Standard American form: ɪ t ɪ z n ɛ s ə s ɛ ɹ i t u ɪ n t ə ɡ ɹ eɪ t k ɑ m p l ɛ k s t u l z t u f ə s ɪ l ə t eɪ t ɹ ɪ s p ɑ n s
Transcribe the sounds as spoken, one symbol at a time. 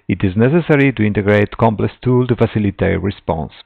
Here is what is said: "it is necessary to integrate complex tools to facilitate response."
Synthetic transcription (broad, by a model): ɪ t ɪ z n ɛ s ə s ɛ ɹ i t u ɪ n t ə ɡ ɹ eɪ t k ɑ m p l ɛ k s t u l t u f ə s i l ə t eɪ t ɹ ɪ s p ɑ n s